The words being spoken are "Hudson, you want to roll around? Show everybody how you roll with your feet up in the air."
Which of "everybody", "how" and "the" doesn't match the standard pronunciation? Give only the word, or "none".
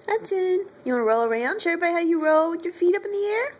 everybody